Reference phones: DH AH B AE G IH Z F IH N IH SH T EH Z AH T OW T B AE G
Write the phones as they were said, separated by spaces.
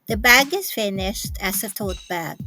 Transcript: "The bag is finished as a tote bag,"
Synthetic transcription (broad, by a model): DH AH B AE G IH Z F IH N IH SH T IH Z AH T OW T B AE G